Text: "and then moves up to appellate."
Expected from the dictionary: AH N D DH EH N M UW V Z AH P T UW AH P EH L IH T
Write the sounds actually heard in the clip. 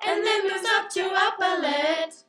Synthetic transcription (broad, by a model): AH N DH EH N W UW Z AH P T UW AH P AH L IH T